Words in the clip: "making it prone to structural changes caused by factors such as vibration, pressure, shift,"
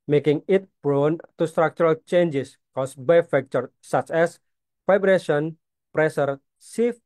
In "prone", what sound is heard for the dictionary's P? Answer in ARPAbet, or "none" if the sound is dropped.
B